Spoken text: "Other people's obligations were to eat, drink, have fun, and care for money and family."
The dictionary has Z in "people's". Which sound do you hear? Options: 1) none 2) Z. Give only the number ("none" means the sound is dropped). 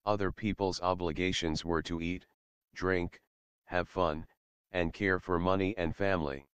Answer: 2